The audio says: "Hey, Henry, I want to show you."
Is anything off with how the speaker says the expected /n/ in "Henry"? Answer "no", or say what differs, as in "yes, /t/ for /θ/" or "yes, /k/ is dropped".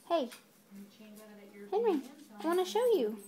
no